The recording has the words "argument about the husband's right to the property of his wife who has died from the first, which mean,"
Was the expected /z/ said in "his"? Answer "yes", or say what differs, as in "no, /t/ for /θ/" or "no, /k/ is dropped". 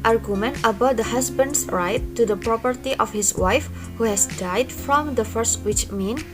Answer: no, /s/ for /z/